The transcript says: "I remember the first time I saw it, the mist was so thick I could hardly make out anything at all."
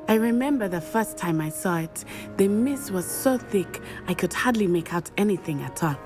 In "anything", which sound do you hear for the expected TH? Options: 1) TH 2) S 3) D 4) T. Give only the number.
1